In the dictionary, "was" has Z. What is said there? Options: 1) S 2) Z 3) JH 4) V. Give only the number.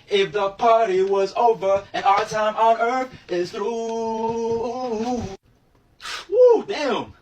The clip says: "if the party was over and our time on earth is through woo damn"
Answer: 2